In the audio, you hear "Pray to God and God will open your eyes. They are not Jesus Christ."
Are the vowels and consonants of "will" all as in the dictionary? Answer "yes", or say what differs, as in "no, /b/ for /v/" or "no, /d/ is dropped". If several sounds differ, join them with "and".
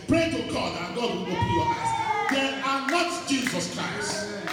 no, /n/ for /l/